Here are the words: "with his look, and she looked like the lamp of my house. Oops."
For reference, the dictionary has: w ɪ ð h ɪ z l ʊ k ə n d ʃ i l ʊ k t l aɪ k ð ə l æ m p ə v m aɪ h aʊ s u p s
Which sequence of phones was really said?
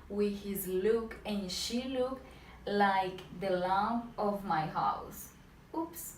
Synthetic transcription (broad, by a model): w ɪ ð h ɪ z l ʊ k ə n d ʃ i l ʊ k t l aɪ k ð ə l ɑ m ə v m aɪ h aʊ s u p s